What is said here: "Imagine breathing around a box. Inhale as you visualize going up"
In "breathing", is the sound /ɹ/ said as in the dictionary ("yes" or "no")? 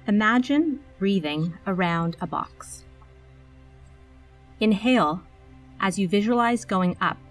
yes